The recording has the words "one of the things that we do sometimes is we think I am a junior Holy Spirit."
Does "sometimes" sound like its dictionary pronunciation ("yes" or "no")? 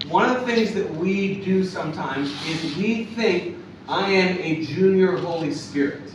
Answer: yes